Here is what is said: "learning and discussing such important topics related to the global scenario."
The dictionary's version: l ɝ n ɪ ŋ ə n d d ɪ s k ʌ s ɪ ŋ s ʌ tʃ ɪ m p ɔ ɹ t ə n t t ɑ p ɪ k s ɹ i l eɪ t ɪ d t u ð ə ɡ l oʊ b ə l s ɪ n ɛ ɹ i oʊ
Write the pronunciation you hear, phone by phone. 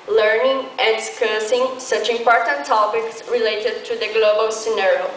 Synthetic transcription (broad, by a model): l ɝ n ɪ ŋ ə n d d ɪ s k ʌ s ɪ ŋ s ʌ tʃ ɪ m p ɔ ɹ t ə n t t ɑ p ɪ k s ɹ i l eɪ t ɪ d t u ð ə ɡ l oʊ b ə l s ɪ n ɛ ɹ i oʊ